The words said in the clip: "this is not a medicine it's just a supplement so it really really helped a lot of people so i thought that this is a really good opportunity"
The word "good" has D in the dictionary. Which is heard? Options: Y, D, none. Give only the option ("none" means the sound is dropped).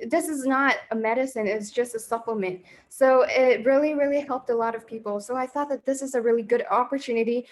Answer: D